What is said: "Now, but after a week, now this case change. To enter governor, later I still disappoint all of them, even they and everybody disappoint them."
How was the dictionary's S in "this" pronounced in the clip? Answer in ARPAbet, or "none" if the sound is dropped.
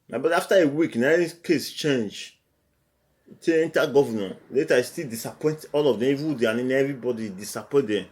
none